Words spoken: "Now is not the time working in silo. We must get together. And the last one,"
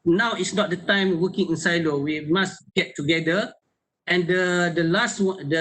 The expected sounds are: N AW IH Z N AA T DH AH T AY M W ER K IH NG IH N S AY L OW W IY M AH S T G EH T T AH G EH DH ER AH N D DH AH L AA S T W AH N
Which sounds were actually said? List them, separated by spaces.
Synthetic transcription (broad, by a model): N AW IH S N AA T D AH T AY M W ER K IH NG IH N S AY L OW W IY M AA S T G EH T T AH G EH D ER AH N D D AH L AA S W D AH